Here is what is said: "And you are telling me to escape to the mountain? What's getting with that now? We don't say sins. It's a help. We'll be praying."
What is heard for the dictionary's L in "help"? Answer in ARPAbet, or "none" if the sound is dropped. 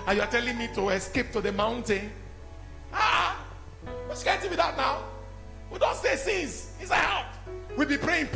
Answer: none